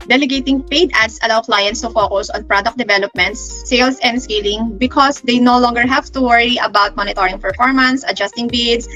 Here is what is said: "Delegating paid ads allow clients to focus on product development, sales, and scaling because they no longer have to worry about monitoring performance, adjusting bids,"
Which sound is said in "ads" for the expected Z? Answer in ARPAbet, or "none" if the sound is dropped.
S